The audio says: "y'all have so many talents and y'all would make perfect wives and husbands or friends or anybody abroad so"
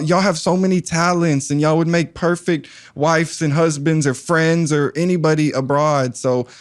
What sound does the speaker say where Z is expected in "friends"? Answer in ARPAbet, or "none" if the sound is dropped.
Z